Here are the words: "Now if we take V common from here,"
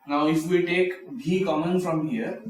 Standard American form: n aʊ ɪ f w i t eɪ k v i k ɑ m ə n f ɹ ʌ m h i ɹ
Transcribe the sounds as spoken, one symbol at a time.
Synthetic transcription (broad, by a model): n aʊ ɪ f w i t eɪ k b i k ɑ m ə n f ɹ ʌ m h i ɹ